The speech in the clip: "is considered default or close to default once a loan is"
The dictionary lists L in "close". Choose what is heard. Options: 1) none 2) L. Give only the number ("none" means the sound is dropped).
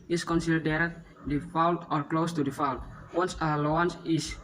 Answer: 2